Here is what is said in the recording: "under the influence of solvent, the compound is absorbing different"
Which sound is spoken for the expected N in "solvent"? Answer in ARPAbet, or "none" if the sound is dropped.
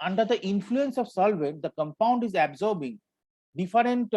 none